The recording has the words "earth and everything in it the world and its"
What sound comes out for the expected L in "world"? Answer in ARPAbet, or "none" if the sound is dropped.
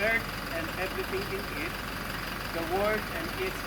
none